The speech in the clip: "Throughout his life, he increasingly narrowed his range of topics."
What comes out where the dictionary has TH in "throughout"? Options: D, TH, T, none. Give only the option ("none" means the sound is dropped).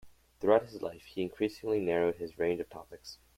TH